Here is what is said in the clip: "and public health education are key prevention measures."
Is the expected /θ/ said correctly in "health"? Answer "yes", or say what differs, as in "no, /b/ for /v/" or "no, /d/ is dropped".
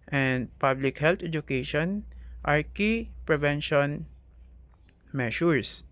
no, /t/ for /θ/